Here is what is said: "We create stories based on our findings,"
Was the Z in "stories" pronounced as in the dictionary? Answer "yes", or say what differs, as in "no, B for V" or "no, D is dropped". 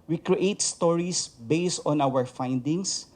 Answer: no, S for Z